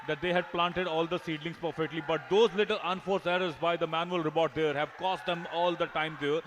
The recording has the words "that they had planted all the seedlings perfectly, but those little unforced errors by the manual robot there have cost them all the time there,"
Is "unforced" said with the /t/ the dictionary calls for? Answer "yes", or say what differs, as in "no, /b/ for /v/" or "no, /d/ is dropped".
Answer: no, /t/ is dropped